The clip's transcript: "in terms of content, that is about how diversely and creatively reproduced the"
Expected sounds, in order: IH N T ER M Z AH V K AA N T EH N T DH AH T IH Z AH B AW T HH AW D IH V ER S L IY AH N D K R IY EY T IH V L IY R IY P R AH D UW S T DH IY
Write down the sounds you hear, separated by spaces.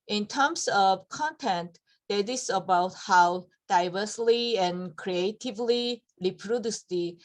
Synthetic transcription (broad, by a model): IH N T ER M S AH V K AA N T EH N T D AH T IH S AH B AW T HH AW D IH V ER S L IY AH N K R IY EY T IH V L IY R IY P R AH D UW S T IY